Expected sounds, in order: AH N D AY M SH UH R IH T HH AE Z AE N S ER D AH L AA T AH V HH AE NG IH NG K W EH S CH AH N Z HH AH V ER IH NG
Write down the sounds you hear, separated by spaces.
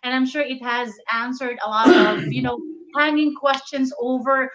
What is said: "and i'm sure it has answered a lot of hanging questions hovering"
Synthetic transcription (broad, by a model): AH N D AY M SH UH R IH T HH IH Z AE N S ER D AH L AA T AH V HH AE NG IH NG K W EH S CH AH N Z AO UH V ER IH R